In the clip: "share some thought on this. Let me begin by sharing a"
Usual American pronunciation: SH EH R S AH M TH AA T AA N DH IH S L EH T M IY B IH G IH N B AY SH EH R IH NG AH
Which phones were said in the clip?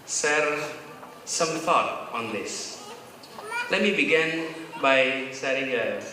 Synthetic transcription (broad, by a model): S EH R S AH M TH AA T AA N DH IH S L EH T M IY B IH G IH N B AY S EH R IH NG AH